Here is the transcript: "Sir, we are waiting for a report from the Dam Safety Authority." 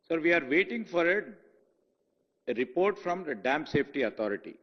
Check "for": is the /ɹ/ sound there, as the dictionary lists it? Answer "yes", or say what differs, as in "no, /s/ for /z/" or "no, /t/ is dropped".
yes